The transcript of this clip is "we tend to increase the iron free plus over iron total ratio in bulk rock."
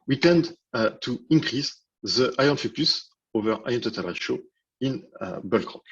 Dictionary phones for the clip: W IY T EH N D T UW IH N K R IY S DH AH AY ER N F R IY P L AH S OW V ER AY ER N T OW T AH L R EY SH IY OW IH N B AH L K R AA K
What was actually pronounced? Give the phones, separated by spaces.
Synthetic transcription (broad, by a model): W IY T EH N D T UW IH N K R IY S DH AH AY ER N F IY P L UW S OW V ER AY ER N T OW T AH L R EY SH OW IH N B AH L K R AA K